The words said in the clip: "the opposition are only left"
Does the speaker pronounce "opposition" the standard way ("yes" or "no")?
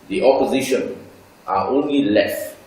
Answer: yes